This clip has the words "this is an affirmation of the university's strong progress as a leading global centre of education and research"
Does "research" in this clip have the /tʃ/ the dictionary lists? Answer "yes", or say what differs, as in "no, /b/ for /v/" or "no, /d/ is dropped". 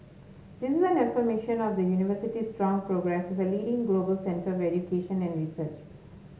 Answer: yes